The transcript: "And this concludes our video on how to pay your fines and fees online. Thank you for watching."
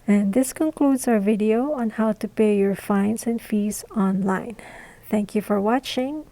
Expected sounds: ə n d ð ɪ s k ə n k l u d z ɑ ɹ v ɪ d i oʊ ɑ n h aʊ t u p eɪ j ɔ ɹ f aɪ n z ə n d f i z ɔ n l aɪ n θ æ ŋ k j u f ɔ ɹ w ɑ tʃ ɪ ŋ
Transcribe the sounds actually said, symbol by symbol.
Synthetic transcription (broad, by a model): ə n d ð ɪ s k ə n k l u d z ɑ ɹ v ɪ d i oʊ ɑ n h aʊ t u p eɪ j ɔ ɹ f aɪ n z ə n d f i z ɔ n l aɪ n θ æ ŋ k j u f ɔ ɹ w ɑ tʃ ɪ ŋ